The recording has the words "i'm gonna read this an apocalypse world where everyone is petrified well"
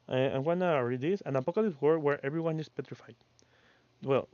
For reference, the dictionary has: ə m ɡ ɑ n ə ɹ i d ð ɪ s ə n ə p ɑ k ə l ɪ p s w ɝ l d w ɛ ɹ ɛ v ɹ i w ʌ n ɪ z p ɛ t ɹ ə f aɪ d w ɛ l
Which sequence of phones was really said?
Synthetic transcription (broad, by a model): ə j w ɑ n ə ɹ i d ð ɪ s ə n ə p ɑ k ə l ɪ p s w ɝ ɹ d w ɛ ɹ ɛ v ɹ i w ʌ n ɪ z p ɛ t ɹ ə f aɪ d w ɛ l